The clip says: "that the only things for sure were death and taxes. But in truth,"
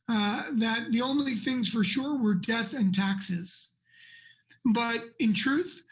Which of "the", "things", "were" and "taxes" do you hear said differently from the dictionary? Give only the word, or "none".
none